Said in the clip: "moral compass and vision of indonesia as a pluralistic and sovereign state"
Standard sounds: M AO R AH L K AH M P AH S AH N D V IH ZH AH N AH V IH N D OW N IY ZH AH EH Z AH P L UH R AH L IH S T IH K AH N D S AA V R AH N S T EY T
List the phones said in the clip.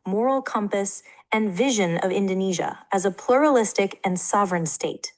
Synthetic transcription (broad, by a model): M AO R L K AH M P AH S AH N V IH ZH AH N AH V IH N D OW N IY ZH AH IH Z AH P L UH R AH L IH S T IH K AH N S AA V R AH N S T EY T